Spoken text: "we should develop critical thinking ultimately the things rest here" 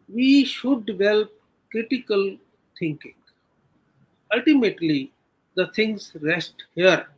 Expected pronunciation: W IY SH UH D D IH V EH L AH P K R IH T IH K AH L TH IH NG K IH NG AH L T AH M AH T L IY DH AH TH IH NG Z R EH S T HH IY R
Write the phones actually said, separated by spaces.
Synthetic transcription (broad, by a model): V IY SH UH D D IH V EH L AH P K R IH T IH K AH L T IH NG K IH NG AH L T AH M AH T L IY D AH T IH NG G R EH S T HH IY R